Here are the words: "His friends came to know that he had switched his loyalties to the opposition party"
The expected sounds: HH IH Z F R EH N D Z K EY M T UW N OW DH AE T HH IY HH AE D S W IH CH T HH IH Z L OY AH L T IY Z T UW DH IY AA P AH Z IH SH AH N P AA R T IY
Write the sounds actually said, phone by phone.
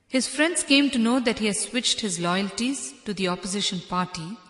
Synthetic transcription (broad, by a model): HH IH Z F R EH N D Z K EY M T UW N OW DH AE T HH IY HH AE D S W IH CH T HH IH Z L OY AH L T IY Z T UW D IY AA P AH Z IH SH AH N P AA R T IY